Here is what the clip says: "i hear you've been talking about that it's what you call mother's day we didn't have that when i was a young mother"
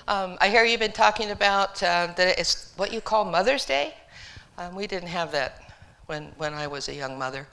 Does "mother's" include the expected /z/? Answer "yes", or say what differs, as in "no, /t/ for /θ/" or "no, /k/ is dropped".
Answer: yes